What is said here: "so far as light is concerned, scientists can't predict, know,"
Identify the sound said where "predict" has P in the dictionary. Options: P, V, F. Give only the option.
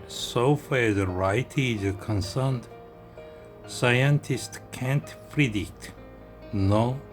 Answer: F